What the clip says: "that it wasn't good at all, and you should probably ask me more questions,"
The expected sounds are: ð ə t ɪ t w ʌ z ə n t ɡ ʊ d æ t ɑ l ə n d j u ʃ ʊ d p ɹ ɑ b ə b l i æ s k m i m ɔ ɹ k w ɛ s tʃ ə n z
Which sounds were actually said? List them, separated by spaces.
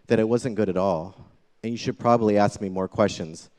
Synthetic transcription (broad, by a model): ð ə t ɪ t w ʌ z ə n ɡ ʊ d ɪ t ɑ l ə n j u ʃ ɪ d p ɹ ɑ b ə b l i æ s k m i m ɔ ɹ k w ɛ s tʃ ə n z